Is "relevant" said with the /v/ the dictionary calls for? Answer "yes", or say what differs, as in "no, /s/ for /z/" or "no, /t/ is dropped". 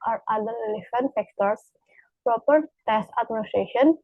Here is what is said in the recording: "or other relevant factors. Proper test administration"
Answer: no, /f/ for /v/